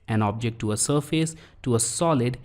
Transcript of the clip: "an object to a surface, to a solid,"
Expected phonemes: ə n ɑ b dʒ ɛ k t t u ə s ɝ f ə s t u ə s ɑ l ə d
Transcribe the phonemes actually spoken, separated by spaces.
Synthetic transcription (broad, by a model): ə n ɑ b dʒ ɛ k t t u ə s ɝ f ə s t u ə s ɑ l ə d